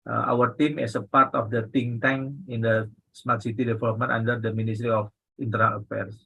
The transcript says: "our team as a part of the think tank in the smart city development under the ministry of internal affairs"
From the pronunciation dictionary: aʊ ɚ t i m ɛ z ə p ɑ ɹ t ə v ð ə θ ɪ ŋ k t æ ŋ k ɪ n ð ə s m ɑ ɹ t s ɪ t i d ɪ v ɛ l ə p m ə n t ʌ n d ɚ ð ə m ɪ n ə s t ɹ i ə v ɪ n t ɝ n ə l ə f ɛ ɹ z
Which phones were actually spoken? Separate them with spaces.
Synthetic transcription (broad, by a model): aʊ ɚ t i m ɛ s ə p ɑ ɹ t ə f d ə t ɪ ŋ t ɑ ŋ ɪ n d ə s m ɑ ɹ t s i t i d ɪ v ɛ l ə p m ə n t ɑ n d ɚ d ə m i n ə s t ɹ i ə f ɪ n t ɝ n ə l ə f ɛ ɹ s